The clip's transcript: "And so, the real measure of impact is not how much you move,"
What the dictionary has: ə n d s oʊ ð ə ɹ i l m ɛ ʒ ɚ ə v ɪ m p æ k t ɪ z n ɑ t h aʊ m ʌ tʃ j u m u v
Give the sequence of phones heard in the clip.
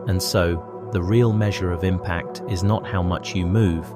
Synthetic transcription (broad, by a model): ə n s oʊ ð ə ɹ i l m ɛ ʒ ɚ ə v ɪ m p æ k t ɪ z n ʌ t h aʊ m ʌ tʃ j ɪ m u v